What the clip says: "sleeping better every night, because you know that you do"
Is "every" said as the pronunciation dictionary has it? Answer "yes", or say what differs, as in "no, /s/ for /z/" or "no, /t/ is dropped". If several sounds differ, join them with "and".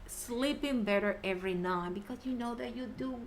yes